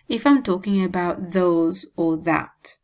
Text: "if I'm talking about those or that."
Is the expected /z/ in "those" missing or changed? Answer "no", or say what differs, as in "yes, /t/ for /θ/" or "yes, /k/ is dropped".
no